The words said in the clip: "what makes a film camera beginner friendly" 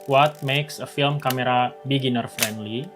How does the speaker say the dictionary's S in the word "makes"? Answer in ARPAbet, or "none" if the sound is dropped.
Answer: S